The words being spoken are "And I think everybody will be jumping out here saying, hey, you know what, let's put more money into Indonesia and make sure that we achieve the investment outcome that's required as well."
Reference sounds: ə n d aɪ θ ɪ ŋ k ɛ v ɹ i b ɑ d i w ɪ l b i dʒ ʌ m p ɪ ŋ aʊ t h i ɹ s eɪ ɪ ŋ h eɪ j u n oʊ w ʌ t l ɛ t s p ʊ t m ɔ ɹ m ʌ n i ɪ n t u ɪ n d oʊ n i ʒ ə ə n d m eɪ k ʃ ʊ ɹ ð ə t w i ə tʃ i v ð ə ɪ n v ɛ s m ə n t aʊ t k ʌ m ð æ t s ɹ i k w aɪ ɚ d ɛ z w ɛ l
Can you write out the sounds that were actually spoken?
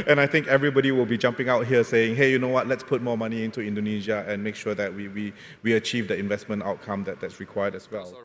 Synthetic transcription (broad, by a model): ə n aɪ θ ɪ ŋ k ɛ v ɹ i b ɑ d i w ɪ l b i dʒ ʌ m p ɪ ŋ aʊ t h i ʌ s eɪ ɪ ŋ h eɪ j u n oʊ w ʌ t l ɛ t s p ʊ t m ɔ m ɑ n i ɪ n t u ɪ n d oʊ n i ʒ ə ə n m eɪ k ʃ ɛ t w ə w w i ə tʃ i v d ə ɪ n v ɛ s m ə n t aʊ t k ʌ m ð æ t s ɹ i k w aɪ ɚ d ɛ s w ɛ l